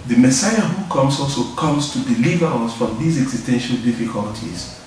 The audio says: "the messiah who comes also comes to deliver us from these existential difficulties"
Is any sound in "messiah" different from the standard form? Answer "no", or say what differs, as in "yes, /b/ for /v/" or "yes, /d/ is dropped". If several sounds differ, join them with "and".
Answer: no